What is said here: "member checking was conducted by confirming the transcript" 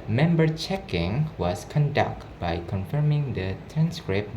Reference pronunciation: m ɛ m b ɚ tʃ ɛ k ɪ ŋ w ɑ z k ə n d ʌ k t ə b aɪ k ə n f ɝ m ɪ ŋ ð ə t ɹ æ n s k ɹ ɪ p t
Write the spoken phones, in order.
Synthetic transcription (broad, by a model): m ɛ m b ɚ tʃ ɛ k ɪ ŋ w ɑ s k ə n d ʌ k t b aɪ k ə n f ɝ m ɪ ŋ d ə t ɹ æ n s k ɹ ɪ p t